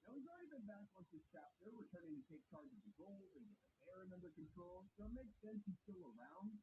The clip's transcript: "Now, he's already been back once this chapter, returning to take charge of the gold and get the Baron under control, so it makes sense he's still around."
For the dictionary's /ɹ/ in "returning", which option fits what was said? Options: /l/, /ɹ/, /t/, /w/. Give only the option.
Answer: /w/